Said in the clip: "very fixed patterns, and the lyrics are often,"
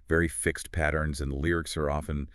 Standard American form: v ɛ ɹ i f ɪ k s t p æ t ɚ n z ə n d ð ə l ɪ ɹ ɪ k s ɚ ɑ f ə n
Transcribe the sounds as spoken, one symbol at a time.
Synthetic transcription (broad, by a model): v ɛ ɹ i f ɪ k s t p æ t ɚ n z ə n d l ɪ ɹ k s ɚ ɑ f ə n